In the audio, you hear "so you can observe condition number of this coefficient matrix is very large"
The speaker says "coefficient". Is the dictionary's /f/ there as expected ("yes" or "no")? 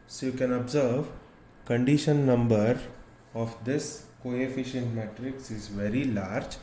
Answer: yes